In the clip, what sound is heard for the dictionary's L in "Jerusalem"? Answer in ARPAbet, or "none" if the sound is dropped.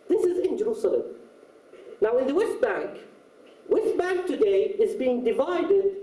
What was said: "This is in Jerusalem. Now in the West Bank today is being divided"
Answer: L